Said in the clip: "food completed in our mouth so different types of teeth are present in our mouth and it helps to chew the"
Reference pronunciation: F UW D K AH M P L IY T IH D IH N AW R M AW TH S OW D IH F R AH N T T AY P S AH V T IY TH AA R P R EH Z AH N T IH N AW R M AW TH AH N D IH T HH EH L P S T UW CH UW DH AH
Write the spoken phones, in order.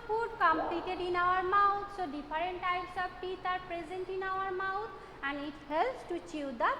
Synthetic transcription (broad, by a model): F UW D K AH M P L IY T IH D IH N AW R M AW T S OW D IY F R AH N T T AY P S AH B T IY T AA R P R EH Z AH N T IH N AW R M AW T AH N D IH T HH EH L P S T UW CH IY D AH